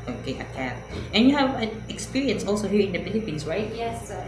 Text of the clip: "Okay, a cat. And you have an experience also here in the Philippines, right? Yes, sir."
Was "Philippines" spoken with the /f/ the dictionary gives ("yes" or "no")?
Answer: no